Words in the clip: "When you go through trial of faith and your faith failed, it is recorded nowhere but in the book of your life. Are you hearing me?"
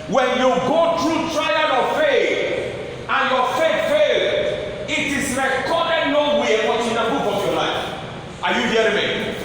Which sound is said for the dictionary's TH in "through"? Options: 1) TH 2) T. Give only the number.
2